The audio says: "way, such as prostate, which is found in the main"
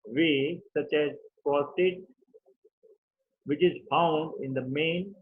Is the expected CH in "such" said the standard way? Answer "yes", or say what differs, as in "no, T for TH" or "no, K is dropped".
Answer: yes